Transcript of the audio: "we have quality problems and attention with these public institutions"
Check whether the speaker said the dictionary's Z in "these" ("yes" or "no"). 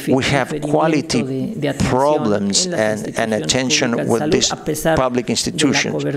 no